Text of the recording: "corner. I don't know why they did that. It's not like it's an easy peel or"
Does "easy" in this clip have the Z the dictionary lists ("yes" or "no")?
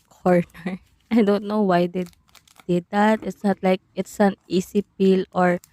no